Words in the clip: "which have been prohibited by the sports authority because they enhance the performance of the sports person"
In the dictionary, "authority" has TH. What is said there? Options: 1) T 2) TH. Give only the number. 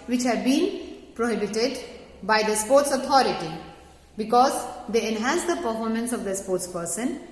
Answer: 1